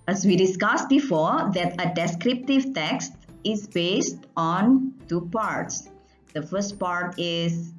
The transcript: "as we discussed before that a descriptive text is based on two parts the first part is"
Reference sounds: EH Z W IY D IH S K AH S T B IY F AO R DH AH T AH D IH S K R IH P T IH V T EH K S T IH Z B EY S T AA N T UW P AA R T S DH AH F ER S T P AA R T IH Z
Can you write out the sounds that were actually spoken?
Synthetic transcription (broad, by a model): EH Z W IY D IH S K AH S T B IY F AO R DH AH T AH D IH S K R IH P T IH V T EH K S T IH Z B EY S T AA N T UW P AA R T S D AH F ER S T P AA R T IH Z